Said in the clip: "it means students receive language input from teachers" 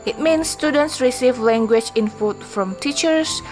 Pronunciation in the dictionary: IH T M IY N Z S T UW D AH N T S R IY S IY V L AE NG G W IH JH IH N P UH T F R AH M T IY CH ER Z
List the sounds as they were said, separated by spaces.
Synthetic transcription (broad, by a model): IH T M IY N S T UW D AH N T S R IY S IY V L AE NG G W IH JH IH N F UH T F R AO M T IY CH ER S